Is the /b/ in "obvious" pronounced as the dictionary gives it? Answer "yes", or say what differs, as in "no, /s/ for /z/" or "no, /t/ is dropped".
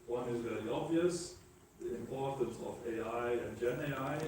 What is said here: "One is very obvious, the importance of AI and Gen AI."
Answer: yes